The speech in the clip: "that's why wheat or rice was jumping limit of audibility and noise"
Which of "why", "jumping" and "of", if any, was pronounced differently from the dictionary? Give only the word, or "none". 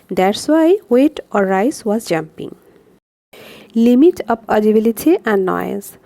of